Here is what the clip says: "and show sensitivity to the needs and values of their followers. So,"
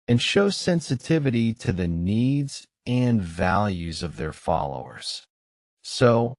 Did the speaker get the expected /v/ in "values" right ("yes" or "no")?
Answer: yes